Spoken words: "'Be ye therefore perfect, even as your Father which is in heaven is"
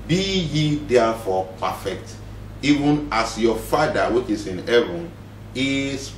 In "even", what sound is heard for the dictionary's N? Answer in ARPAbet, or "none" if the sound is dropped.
N